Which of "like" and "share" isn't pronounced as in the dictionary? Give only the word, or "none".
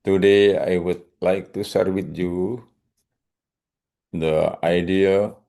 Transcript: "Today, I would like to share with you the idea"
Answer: share